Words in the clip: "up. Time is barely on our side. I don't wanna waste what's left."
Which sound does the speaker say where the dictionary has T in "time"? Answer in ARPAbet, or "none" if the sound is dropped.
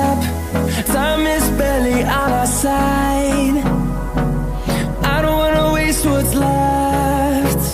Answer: S